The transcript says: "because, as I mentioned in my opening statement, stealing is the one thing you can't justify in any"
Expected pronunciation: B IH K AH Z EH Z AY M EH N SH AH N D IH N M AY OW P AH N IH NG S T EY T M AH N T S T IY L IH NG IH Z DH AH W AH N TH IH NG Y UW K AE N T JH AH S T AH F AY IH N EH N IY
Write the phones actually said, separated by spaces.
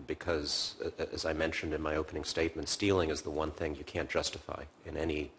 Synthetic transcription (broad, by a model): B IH K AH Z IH Z AY M EH N SH AH N D IH N M AY OW P AH N IH NG S T EY T M AH N T S T IY L IH NG IH Z DH AH W AH N TH IH NG Y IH K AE N JH AH S T AH F AY IH N EH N IY